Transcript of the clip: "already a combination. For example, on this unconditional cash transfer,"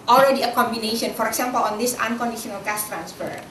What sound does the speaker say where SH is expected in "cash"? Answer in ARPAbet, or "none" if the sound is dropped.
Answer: S